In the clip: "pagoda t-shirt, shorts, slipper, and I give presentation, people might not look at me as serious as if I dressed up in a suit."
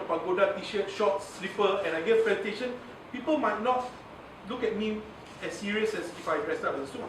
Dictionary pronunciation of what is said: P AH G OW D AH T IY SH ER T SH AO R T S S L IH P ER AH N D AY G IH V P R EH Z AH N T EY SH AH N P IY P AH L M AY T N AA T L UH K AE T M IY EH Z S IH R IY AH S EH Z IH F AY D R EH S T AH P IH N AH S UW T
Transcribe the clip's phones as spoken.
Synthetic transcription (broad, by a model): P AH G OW D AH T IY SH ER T SH AO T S S L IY P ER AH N AY G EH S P L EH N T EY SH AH N P IY P AH L M AY T N AA T L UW K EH T M IY EH S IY R IY AH S EH S IH F AY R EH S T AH B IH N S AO